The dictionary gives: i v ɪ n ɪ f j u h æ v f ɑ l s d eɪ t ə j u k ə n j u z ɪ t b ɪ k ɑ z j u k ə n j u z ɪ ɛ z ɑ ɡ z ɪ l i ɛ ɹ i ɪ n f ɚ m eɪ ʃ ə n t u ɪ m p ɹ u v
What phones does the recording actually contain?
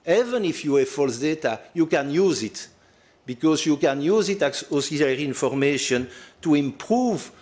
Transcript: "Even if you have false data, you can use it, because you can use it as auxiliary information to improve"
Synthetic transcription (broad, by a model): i v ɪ n ɪ f j u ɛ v f ɑ l s d eɪ t ə j u k ə n j u z ɪ t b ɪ k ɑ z j u k ə n j u z ɪ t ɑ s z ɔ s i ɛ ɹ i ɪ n f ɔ m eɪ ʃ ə n t u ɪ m p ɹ u v